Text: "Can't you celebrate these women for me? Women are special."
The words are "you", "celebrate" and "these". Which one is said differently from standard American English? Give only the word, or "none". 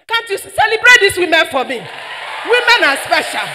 these